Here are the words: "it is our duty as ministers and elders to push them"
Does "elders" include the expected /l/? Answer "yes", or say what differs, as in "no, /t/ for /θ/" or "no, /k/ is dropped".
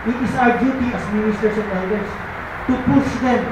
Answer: no, /l/ is dropped